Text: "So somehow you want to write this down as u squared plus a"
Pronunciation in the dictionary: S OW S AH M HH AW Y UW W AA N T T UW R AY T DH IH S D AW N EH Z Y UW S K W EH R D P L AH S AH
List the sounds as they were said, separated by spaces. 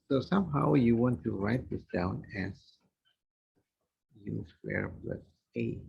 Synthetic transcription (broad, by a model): S OW S AH M HH AW Y UW W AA N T T UW R AY T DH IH S D AW N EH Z Y UW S W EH R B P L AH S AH